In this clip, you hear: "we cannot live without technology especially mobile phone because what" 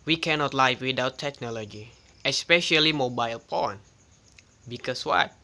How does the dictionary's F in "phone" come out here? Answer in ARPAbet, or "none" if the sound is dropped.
P